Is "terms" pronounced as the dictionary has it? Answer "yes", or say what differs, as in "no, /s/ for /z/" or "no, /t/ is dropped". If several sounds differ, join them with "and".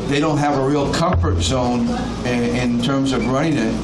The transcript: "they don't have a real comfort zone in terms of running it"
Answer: yes